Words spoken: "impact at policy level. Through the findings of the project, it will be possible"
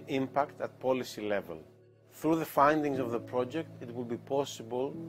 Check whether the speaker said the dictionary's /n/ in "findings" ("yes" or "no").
yes